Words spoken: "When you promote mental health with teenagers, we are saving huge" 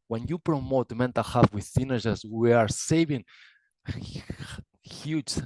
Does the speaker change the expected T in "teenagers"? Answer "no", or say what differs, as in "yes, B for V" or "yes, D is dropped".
yes, S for T